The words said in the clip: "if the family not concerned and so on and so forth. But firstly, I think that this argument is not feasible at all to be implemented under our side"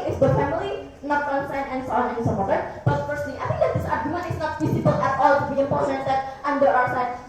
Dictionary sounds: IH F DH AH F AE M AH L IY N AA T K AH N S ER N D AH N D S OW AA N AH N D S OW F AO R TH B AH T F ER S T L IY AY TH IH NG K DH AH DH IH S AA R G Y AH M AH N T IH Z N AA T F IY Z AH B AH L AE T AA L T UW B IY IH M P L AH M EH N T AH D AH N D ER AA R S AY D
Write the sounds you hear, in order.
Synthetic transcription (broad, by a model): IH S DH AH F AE M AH L IY N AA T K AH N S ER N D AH N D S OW AA N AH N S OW P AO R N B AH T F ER S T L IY AY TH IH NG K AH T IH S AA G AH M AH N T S N AA T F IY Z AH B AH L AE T AA L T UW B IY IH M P AH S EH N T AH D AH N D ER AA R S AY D